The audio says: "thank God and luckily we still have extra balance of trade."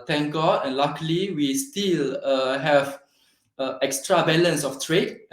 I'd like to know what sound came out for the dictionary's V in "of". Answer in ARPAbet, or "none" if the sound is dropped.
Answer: F